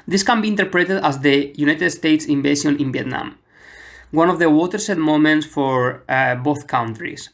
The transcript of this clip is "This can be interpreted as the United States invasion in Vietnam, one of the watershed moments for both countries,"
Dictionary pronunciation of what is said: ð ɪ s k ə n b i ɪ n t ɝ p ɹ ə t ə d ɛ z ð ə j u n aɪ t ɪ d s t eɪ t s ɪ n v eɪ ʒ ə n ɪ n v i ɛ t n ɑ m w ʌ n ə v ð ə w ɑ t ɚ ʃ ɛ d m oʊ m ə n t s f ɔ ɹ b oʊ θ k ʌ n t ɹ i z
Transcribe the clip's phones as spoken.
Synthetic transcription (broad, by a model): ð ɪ s k ə n b i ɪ n t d p ɹ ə t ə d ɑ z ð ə j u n aɪ t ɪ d s t eɪ t s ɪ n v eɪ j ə n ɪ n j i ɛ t n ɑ m w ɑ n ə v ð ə w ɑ t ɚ s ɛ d m oʊ m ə n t s f ɔ ɹ b oʊ θ k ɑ n t ɹ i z